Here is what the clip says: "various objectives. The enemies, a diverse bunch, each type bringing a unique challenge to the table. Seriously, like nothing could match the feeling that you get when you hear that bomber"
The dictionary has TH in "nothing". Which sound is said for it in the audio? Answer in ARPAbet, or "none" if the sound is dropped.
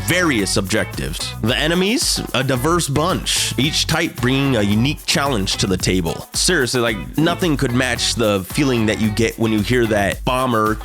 TH